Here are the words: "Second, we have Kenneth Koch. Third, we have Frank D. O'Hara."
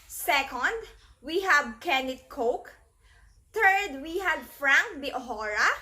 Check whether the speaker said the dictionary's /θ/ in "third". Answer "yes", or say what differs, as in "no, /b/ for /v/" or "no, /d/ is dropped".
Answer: no, /t/ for /θ/